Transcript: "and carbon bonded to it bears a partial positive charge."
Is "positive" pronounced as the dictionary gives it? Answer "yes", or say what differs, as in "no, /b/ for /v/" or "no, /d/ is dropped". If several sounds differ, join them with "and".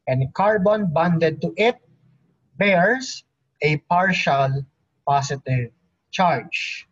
no, /s/ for /z/